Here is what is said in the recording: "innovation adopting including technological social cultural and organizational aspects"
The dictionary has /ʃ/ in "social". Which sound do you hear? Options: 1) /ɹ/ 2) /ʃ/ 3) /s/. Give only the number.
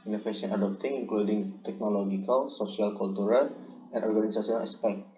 3